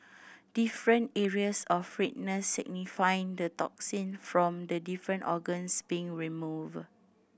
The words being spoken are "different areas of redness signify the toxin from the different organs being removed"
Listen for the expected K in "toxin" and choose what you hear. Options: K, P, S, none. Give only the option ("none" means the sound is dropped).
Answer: K